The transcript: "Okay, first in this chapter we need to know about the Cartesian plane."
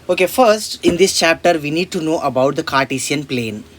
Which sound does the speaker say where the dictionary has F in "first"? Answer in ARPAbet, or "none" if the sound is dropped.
F